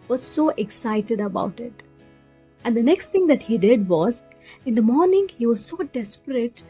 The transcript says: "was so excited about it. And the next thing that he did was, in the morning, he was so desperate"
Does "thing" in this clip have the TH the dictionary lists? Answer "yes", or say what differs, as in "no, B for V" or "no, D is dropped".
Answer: no, T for TH